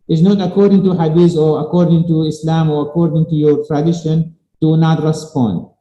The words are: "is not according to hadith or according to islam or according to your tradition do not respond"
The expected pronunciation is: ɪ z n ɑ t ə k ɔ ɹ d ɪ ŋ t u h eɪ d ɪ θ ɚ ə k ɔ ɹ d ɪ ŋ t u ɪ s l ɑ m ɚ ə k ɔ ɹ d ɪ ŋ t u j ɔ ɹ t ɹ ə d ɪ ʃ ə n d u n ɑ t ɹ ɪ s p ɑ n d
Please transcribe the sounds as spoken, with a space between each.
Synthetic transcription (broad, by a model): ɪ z n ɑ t ə k ɔ ɹ d ɪ ŋ t u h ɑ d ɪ s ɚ ə k ɔ ɹ d ɪ ŋ t u ɪ s l ɑ m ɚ ə k ɔ ɹ d ɪ ŋ t u j ɔ ɹ t ɹ ə d ɪ ʃ ə n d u n ɑ t ɹ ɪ s p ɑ n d